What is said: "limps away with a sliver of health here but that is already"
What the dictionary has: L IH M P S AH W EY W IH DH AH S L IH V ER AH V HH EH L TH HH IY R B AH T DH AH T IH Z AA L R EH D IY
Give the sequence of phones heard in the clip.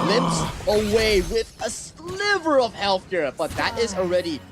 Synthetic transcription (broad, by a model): L IH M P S AH W EY W IH DH AH S L IH V ER AH V HH EH L TH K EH R B AH T DH AH T IH Z L R EH D IY